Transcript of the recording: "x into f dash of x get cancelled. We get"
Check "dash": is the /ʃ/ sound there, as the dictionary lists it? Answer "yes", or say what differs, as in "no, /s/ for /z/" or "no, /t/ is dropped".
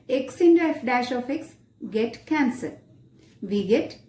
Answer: yes